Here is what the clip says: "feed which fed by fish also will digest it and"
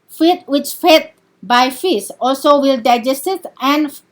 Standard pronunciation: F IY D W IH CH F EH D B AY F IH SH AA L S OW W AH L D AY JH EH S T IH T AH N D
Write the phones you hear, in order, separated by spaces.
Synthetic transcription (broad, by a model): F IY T W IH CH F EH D B AY F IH S AA L S OW W AH L D AY JH EH S T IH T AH N